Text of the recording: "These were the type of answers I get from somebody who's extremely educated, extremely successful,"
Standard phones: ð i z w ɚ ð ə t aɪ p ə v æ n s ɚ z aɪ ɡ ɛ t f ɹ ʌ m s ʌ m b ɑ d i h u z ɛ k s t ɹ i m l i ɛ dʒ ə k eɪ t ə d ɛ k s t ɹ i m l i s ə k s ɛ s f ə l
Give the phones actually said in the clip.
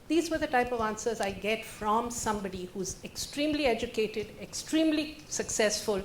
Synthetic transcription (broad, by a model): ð i z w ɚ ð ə t aɪ p ə v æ n s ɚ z aɪ ɡ ɛ t f ɹ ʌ m s ʌ m b ɑ d i h u z ɛ k s t ɹ i m l i ɛ dʒ ə k eɪ t ə d ɛ k s t ɹ i m l i s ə k s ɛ s f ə l